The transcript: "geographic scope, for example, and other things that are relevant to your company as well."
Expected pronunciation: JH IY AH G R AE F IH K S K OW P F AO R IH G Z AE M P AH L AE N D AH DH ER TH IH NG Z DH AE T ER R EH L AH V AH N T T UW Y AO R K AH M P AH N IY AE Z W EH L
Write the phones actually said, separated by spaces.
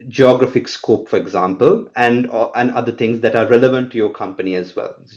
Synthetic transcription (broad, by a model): JH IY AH G R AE F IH K S K OW P F AO R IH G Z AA M P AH L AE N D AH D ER T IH NG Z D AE T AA R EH L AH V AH N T T UW Y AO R K AH M P AH N IY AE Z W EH L